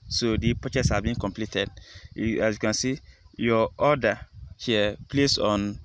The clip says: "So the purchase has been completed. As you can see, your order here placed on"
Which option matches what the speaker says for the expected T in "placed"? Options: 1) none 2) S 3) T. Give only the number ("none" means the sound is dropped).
1